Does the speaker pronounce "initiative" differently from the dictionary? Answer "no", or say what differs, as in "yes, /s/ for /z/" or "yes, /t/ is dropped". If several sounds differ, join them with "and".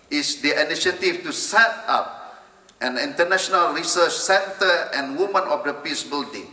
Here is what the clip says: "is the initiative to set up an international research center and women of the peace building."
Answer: yes, /f/ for /v/